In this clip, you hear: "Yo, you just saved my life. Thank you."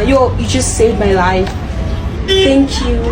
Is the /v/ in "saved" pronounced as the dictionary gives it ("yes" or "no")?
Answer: no